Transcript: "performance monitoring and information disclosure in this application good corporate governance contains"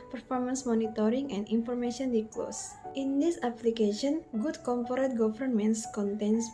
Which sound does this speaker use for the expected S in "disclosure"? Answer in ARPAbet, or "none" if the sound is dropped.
none